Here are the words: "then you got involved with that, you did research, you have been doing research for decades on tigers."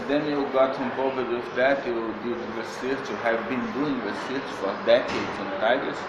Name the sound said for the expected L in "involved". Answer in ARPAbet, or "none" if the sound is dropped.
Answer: none